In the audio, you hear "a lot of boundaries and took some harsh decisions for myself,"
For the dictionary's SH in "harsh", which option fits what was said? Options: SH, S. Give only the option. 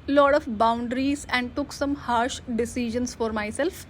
SH